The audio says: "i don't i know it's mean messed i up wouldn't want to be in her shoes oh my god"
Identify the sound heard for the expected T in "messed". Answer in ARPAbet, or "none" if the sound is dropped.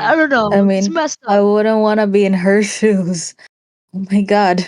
none